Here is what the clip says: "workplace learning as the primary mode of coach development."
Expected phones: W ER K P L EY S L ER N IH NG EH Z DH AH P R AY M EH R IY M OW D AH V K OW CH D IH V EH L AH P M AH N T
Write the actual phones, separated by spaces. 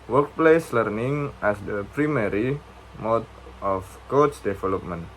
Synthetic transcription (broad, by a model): W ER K P L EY S L ER N IH NG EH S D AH P R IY M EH R IY M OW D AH F K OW S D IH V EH L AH P M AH N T